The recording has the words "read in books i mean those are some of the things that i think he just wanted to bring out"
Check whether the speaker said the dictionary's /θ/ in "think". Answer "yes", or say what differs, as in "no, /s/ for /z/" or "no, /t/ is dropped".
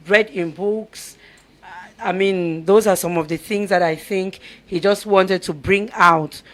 yes